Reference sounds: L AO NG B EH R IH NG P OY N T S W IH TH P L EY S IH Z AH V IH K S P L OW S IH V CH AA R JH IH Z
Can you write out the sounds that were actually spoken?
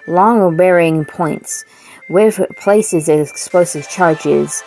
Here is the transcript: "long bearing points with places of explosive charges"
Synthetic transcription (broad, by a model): L AO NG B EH R IH NG P OY N T S W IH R P L EY S IH Z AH IH K S P L OW S IH V CH AA R JH IH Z